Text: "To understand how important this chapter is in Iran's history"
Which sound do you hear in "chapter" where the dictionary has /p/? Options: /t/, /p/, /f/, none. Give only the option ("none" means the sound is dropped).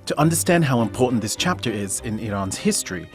/p/